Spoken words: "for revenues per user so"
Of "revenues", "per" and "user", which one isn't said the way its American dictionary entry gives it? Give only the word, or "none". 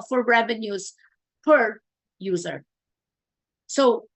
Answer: none